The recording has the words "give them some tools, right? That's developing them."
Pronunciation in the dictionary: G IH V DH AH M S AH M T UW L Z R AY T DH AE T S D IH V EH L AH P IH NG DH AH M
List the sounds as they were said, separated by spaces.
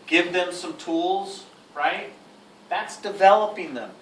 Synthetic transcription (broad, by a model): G IH V DH AH M S AH M T UW L Z R AY T DH AE T S D IH V EH L AH P IH NG DH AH M